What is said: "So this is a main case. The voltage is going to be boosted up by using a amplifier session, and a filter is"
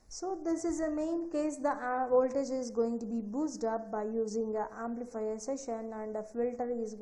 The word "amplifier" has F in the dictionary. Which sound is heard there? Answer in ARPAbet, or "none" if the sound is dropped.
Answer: F